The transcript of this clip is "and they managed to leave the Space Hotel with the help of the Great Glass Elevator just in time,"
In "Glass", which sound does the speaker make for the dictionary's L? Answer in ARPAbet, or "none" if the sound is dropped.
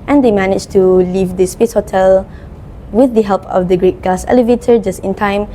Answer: none